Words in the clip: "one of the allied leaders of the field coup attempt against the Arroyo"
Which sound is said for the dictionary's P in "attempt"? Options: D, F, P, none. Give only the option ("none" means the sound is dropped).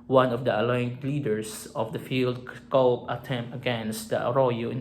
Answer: none